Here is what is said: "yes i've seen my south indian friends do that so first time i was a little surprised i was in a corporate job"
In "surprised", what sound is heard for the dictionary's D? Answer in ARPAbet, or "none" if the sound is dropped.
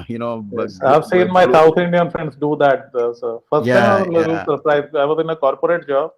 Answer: none